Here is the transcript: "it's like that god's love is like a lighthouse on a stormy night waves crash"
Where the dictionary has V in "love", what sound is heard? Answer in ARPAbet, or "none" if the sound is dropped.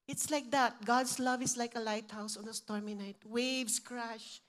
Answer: V